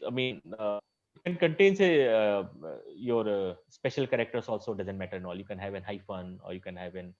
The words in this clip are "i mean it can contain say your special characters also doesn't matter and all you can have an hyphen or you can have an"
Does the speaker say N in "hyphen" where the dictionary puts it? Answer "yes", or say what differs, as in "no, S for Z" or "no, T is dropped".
yes